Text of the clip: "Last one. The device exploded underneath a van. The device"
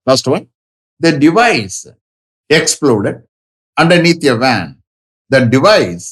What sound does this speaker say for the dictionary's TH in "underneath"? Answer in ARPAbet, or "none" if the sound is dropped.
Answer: T